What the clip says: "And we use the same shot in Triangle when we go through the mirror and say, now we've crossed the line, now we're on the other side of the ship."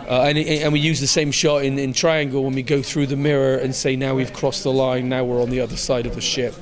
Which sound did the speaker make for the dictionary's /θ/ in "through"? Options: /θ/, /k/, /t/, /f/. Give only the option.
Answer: /θ/